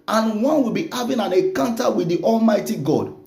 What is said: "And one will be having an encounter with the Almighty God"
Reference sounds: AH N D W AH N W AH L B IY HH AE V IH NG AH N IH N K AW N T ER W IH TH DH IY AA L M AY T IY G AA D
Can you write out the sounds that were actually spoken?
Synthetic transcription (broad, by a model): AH N W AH N W AH L B IY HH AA V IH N AH N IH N K AW N T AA W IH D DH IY AA L M AY T IY G AA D